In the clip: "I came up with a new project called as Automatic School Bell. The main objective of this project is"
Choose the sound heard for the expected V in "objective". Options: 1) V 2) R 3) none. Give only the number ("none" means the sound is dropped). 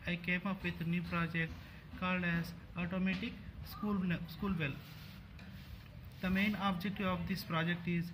3